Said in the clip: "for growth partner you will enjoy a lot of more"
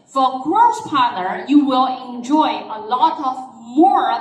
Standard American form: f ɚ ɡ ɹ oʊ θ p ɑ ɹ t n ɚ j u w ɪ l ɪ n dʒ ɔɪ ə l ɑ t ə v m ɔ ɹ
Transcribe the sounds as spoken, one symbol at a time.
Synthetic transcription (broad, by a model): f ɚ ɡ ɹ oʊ s p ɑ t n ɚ j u w ɪ l ɪ n dʒ ɔɪ ə l ɑ t ə v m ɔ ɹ